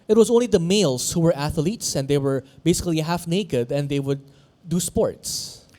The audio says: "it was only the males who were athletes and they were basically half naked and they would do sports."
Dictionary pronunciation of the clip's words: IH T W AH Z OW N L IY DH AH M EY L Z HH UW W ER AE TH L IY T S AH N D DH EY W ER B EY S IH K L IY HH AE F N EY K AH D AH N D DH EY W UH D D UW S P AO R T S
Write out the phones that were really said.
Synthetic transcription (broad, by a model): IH T W AH Z OW N L IY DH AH M EY L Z HH UW W ER AE TH L IY T S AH N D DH EY W ER B EY S IH K L IY HH AE F N EY K AH D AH N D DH EY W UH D D UW S P AO R T S